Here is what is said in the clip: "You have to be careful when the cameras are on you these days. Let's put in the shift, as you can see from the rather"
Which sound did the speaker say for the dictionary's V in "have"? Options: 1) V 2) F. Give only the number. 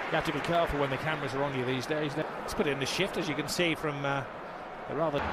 2